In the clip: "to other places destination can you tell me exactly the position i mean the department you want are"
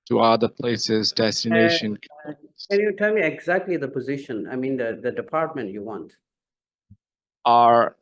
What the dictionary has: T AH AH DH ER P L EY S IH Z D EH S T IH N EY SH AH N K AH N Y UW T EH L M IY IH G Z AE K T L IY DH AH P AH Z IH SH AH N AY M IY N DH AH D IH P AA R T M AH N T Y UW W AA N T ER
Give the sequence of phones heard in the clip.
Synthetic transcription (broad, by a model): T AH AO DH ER P L EY S IH Z D EH S T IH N EY SH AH N K AH N Y UW T EH L M IY IH G Z AE K T L IY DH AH P AH Z IH SH AH N AY M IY N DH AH D IH P AA R T M AH N T Y UW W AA N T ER